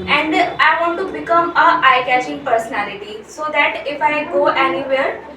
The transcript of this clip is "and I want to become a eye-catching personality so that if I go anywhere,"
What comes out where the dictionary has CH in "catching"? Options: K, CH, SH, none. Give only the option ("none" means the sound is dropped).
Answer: SH